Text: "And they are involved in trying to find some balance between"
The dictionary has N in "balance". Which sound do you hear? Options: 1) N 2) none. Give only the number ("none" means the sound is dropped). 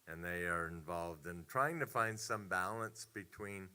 1